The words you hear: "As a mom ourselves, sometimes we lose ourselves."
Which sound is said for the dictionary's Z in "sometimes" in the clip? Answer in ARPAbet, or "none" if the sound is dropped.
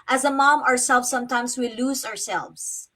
S